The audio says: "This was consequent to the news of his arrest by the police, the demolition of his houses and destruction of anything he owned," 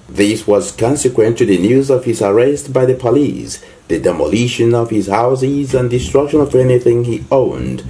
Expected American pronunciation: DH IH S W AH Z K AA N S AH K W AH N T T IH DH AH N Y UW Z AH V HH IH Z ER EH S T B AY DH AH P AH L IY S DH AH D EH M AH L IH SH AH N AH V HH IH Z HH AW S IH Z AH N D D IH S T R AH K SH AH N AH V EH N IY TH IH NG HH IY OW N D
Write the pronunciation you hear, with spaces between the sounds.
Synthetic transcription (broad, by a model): DH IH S W AH Z K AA N S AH K W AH N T T IH DH AH N Y UW Z AH V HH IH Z ER EH S T B AY DH AH P AH L IY S DH AH D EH M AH L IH SH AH N AH V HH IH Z HH AW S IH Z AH N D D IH S T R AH K SH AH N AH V EH N IY TH IH NG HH IY OW N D